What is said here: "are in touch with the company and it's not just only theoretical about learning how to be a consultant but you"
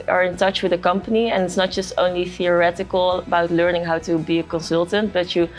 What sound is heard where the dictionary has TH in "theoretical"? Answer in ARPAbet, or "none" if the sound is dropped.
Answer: TH